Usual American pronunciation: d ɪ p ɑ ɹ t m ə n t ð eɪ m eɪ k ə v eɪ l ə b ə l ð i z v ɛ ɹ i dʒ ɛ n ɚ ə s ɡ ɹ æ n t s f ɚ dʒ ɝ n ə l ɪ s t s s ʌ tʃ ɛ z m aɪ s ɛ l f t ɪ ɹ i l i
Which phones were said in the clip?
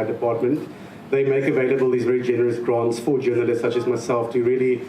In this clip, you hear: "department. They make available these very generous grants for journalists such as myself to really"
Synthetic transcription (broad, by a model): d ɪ p ɑ t m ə n t ð eɪ m eɪ k ə v eɪ l ə b ə l ð i z v ɛ ɹ i dʒ ɛ n ɚ ə s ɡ ɹ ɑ n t s f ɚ dʒ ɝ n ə l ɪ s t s s ʌ tʃ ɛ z m aɪ s ɛ l f t ɪ ɹ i l i